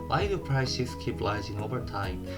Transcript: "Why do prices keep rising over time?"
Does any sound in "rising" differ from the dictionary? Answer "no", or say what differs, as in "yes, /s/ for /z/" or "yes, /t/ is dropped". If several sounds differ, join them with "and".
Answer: yes, /l/ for /ɹ/